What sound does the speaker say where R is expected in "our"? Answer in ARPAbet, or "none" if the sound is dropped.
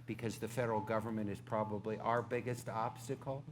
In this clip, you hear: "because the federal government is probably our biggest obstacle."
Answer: R